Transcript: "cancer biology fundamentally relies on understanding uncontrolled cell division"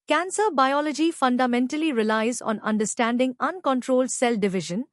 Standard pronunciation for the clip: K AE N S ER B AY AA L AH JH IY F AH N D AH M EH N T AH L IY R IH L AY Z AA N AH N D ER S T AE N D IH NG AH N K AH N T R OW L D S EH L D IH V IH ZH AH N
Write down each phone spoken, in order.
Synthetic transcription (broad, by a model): K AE N S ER B AY AA L AH JH IY F AH N D AH M EH N T AH L IY R IH L AY Z AA N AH N D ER S T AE N D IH NG AH N K AH N T R OW L D S EH L D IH V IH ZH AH N